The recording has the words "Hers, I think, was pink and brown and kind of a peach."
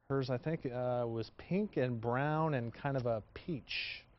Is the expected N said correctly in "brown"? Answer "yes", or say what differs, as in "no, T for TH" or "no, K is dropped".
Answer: yes